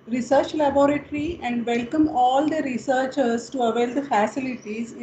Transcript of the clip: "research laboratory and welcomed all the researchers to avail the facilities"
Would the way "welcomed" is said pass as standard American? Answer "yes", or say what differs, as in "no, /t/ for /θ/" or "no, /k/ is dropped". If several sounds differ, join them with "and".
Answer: no, /d/ is dropped